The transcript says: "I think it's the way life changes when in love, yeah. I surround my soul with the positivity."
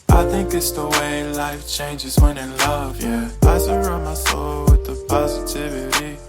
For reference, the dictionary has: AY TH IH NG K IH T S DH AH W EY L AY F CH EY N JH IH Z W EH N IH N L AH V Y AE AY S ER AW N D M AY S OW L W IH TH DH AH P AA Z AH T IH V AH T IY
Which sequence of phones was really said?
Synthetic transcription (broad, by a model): AY TH IH NG K IH T S DH AH W EY L AY F CH EY N JH IH Z W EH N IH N L AH V Y AE AY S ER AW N M AY S OW L W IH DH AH P AA Z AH T IH V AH T IY